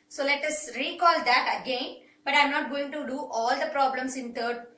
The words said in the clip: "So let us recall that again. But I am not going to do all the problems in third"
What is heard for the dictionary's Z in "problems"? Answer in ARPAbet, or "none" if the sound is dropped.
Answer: S